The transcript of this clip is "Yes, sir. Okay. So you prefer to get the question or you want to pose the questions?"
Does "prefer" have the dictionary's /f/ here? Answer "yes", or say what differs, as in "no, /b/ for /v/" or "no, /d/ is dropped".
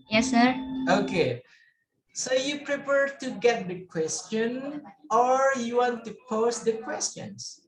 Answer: no, /p/ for /f/